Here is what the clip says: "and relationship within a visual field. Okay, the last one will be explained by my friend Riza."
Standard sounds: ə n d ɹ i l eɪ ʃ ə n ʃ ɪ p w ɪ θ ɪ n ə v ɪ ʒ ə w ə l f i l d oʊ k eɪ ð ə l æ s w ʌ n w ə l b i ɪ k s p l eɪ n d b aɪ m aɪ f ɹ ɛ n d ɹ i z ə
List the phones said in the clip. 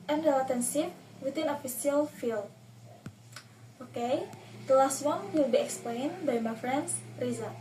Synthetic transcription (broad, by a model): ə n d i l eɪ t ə n s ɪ f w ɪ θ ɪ n ə f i s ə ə l f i l oʊ k eɪ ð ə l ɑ s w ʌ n w ə l b i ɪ k s p l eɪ n b aɪ m aɪ f ɹ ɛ n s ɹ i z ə